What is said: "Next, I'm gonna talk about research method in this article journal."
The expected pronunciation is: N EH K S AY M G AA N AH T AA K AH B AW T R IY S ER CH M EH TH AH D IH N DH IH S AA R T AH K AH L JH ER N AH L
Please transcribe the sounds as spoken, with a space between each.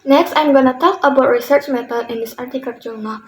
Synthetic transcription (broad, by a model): N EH K S AY M G AA N AH T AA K AH B AW T R IY S ER CH M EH T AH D IH N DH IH S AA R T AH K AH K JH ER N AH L